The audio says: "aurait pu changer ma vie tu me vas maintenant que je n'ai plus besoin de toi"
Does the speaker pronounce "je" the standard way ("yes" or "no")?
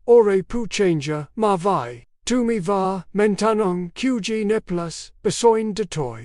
yes